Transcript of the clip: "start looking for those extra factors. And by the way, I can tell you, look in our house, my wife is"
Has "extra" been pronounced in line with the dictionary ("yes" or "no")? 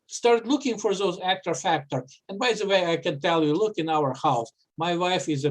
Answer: no